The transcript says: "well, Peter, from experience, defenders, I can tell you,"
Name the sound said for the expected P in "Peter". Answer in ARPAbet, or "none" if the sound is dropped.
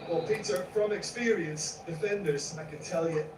P